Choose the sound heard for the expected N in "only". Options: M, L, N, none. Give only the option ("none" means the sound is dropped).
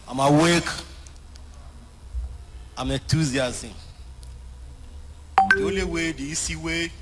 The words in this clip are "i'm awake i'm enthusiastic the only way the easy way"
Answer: none